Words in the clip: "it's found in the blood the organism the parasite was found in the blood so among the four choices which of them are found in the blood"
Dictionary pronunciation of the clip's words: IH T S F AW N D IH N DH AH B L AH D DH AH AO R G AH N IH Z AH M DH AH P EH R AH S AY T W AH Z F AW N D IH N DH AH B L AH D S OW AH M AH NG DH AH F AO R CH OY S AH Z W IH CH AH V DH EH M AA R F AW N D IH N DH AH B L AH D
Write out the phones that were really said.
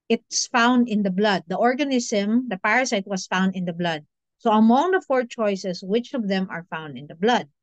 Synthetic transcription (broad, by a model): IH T S F AW N D IH N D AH B L AH D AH AO R G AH N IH S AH M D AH P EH R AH S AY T W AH S F AW N D IH N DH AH B L AH D S OW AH M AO NG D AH F AO R CH OY S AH S W IH CH AH V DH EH M AA R F AW N D IH N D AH B L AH D